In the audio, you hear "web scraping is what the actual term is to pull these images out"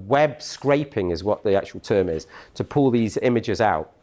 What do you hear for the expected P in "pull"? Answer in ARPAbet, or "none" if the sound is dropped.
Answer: P